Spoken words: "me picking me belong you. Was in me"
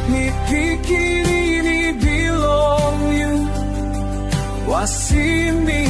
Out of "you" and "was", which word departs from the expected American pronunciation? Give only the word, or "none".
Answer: was